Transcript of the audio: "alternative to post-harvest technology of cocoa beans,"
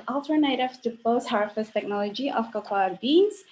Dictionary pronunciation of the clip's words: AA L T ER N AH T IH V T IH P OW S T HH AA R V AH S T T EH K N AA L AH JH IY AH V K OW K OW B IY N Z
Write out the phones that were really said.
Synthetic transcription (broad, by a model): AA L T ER N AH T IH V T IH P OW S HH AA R F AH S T T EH K N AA L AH JH IY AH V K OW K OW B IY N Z